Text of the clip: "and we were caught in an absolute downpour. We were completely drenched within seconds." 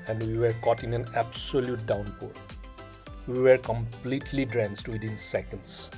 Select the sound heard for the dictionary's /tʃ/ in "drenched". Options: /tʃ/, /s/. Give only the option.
/s/